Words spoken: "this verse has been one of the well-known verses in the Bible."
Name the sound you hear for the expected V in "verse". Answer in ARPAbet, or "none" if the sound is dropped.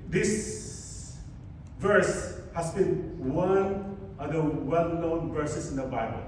V